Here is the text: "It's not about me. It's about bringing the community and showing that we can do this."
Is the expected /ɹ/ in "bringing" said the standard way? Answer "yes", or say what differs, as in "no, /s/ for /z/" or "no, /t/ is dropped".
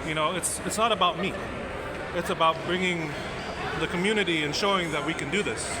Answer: yes